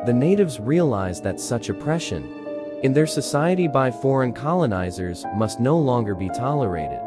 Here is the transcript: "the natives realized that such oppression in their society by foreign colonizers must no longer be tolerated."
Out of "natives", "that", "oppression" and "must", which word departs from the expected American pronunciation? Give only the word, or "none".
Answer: none